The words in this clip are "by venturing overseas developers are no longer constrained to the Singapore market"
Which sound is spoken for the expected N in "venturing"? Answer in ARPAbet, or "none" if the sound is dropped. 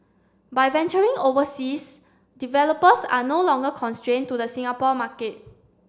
N